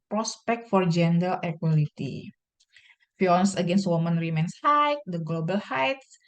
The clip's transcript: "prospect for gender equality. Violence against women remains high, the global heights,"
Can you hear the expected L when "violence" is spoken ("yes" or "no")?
no